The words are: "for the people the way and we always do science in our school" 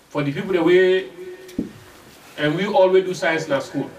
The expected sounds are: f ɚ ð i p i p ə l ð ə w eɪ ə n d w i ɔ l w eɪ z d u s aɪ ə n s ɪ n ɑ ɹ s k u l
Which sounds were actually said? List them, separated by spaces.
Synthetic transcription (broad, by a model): f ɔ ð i p i p ə l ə w eɪ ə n w i ɔ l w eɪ d u s aɪ ə n s ɪ n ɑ s k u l